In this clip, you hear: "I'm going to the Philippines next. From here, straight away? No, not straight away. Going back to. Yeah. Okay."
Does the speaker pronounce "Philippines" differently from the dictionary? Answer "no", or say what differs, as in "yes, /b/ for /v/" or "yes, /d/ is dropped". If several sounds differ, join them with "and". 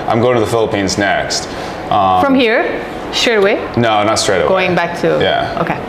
no